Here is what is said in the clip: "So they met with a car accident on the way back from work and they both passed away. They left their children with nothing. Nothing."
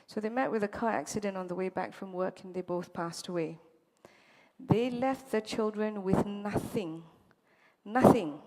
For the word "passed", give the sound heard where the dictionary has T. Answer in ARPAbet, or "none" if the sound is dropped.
T